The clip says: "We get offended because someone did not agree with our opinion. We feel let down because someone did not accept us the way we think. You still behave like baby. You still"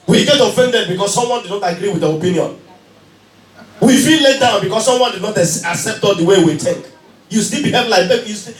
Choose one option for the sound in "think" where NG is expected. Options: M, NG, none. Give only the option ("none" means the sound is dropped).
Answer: none